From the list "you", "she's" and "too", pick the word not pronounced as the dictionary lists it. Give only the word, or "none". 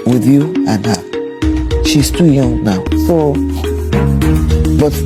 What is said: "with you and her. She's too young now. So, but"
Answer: she's